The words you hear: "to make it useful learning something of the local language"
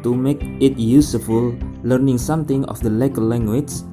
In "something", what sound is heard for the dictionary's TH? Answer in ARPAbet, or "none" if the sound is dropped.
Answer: T